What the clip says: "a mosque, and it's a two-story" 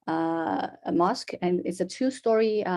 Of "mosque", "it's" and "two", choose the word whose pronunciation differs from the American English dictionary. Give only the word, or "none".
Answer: none